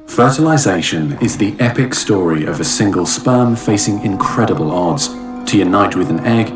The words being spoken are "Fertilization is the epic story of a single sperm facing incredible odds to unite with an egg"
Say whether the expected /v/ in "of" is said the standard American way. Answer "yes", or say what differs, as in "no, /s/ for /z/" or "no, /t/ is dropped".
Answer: yes